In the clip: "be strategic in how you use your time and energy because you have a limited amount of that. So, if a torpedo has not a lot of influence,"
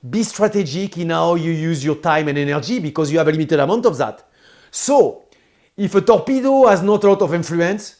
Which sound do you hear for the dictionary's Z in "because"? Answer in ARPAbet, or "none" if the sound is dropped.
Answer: Z